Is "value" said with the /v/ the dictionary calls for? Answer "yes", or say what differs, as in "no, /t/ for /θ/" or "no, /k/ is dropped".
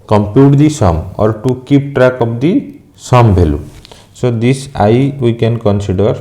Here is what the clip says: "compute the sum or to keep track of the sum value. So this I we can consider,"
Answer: no, /b/ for /v/